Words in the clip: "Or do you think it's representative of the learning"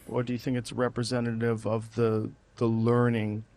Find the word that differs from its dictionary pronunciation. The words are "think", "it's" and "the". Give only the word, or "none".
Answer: none